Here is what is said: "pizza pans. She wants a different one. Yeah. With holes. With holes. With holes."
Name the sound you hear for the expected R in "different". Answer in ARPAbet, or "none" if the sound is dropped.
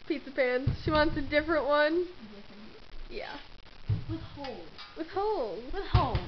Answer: R